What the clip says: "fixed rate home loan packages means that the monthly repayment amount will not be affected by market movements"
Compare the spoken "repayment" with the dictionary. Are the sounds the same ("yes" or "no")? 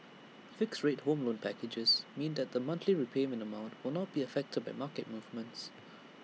no